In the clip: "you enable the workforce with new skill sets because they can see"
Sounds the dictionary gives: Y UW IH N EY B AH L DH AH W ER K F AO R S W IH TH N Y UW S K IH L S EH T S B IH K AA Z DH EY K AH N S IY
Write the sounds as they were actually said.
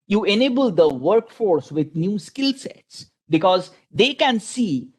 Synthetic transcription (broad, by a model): Y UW IH N EY B AH L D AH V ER K F AO R S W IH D N Y UW S K IH L S EH T S B IH K AA Z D EY K AH N S IY